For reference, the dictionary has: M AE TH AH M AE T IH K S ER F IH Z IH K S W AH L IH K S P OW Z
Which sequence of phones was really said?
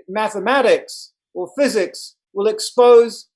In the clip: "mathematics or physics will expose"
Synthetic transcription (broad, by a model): M AE TH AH M AE T IH K S ER F IH Z IH K S W AH L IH K S P OW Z